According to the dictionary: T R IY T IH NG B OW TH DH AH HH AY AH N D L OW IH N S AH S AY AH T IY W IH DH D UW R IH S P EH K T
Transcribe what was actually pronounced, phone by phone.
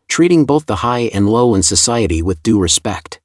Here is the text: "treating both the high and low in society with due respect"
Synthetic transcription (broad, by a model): T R IY T IH NG B OW TH DH AH HH AY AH N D L OW IH N S AH S AY AH T IY W IH DH D UW R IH S P EH K T